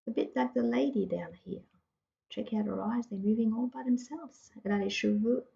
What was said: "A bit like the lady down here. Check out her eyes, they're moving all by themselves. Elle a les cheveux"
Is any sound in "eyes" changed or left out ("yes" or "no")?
no